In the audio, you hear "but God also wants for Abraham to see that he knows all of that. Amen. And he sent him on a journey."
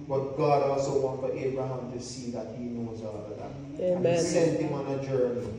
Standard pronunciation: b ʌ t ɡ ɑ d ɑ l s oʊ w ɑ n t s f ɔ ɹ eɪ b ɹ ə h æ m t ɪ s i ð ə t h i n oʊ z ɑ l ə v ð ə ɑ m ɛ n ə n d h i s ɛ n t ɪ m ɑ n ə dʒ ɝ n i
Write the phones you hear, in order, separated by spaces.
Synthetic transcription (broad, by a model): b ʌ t ɡ ɑ d ɑ l s oʊ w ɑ n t f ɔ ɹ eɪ b ɹ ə h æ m t ɪ s i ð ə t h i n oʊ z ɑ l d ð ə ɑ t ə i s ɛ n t ɪ m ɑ n ə dʒ ɝ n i